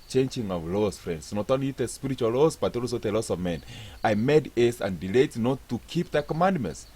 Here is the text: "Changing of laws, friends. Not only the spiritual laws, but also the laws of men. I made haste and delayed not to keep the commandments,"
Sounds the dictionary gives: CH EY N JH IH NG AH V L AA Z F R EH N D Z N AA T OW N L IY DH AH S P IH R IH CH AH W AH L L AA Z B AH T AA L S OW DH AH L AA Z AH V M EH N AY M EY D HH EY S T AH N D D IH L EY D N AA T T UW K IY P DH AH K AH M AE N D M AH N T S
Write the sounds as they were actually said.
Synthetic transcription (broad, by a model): CH EY N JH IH NG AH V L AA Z F R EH N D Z N AA T OW N L IY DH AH S P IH R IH CH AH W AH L L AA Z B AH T AA L S OW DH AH L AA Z AH V M EH N AY M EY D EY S AH N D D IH L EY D N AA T T UW K IY P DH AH K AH M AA N D M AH N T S